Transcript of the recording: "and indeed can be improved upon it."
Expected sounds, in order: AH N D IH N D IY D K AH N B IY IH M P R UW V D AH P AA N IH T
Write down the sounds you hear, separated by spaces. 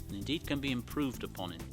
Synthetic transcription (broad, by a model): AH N IH N D IY D K AH N B IY IH M P R UW V D AH P AA N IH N